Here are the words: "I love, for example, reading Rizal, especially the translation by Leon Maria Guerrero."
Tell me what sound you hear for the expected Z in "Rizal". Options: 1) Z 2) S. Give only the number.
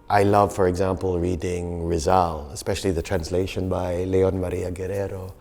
1